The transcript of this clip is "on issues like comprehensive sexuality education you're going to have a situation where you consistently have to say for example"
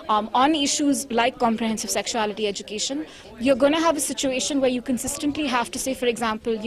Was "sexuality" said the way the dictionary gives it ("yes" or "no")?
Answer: yes